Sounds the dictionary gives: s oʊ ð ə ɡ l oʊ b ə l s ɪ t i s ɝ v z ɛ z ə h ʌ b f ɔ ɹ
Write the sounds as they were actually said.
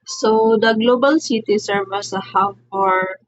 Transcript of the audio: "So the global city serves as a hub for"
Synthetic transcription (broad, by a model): s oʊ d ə ɡ l oʊ b ə l s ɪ t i s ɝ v ɑ s ə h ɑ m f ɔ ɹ